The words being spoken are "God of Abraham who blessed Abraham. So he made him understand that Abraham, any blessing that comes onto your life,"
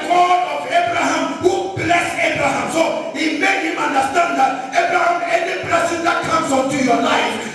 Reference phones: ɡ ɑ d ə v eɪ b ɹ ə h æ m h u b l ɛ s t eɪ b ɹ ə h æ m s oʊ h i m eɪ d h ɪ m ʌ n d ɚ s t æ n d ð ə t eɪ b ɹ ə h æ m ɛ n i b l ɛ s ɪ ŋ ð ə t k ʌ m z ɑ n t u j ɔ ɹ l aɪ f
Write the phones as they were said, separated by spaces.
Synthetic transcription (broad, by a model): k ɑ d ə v eɪ b ɹ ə h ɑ m h u b l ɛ s eɪ b ɹ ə h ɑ m s oʊ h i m eɪ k h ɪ m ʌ n d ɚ s t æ n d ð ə t eɪ b ɹ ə h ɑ m ɛ n i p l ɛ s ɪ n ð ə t k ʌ m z ɑ n t u j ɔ l aɪ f